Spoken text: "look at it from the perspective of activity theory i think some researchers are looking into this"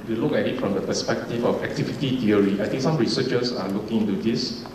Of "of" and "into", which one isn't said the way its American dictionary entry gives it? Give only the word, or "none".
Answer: of